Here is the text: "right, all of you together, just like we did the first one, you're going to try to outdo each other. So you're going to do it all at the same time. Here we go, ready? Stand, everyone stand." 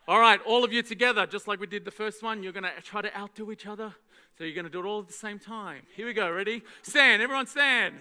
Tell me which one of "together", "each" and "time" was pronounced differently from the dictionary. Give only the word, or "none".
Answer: none